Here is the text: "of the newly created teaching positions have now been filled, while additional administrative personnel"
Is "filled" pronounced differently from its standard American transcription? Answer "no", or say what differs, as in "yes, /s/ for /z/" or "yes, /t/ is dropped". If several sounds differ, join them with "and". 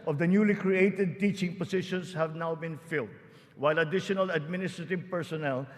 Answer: no